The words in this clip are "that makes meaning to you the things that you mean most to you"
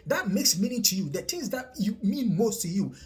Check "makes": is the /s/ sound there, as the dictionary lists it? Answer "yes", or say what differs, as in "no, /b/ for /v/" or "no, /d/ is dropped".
yes